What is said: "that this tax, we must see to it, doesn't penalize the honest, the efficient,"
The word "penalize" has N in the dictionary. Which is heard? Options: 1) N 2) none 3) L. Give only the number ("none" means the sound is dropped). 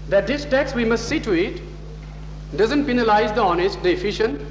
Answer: 1